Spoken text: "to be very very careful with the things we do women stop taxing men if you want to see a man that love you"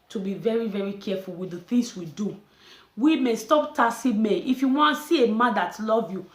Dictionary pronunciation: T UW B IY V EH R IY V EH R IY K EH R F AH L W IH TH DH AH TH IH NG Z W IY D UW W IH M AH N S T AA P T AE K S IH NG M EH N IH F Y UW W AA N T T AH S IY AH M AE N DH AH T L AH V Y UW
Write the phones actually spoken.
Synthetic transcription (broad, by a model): T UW B IY V EH R IY V EH R IY K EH F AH L W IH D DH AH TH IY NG S W IY D UW W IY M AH S T AA P T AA S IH M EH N IH F Y UW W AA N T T S IY AH M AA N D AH T L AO V Y UW